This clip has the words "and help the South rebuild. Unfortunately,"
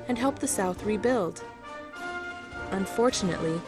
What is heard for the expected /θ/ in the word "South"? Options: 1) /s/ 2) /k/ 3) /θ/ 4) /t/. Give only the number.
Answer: 3